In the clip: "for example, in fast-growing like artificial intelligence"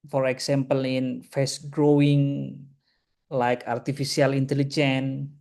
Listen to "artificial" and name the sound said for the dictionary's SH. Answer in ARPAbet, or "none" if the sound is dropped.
S